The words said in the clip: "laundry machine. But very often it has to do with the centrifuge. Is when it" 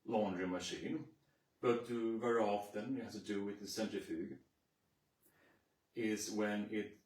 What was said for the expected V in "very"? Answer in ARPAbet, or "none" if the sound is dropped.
V